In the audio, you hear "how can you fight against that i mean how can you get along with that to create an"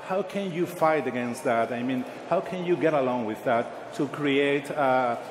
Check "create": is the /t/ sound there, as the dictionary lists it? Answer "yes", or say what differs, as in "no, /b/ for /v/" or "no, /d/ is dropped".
no, /t/ is dropped